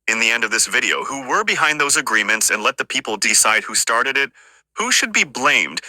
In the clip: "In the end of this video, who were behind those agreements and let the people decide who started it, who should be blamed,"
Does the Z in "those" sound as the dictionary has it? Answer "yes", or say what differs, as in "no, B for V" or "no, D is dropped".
yes